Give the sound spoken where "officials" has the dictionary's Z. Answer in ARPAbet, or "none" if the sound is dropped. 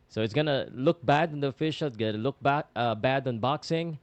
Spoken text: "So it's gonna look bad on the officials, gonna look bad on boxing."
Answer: none